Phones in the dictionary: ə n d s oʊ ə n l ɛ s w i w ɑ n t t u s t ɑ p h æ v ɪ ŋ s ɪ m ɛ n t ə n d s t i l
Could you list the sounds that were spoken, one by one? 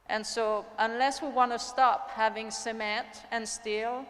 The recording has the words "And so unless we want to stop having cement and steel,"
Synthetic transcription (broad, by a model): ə n s oʊ ə n l ɛ s w i w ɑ n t t u s t ɑ p h æ v ɪ ŋ s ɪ m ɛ t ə n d s t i l